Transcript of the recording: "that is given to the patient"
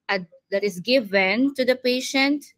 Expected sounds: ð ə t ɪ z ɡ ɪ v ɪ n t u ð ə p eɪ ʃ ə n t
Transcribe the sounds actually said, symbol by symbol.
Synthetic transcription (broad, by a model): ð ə t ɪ s ɡ ɪ v ɪ n t u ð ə p eɪ ʃ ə n t